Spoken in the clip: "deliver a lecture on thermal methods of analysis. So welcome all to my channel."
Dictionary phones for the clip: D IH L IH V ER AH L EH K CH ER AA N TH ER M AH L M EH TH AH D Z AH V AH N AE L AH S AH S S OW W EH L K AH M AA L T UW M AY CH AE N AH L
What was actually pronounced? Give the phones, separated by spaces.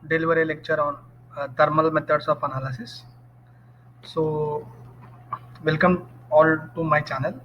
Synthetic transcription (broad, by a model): D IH L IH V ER AH L EH K CH ER AA N T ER M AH L M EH T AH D S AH P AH N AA L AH S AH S S OW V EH L K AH M AA L T UW M AY CH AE N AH L